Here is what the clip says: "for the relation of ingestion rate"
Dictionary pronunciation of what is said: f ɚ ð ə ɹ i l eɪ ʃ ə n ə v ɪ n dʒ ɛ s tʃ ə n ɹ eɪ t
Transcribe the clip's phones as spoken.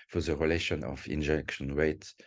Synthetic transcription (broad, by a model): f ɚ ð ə ɹ i l eɪ ʃ ə n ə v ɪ n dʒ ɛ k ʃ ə n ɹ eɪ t